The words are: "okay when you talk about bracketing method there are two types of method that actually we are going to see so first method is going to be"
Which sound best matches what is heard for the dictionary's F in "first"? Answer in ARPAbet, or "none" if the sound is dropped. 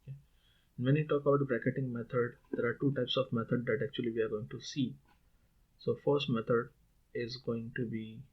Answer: F